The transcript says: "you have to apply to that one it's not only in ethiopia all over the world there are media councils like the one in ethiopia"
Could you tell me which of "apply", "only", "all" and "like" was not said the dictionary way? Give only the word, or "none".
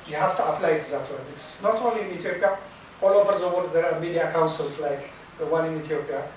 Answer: none